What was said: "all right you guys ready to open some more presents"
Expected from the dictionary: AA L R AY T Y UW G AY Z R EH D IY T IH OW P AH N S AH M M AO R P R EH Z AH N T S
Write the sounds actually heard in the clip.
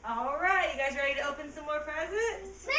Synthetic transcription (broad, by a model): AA L R AY T Y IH G AY Z R EH D IY T IH OW P AH N S AH M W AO R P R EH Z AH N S